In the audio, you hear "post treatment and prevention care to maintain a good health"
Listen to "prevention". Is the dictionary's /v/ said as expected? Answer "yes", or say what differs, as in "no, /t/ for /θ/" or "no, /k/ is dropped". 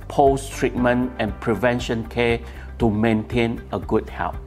yes